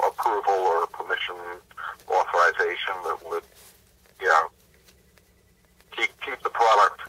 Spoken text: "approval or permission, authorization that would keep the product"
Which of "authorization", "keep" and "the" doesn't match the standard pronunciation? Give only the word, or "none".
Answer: none